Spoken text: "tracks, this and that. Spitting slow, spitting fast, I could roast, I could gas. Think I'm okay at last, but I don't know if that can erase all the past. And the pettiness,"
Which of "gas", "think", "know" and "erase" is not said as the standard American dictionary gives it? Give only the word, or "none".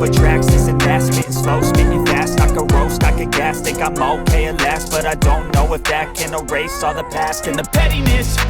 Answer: think